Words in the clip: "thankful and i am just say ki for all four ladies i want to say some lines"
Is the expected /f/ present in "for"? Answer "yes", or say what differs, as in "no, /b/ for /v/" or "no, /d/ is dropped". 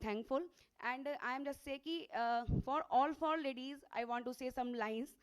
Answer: yes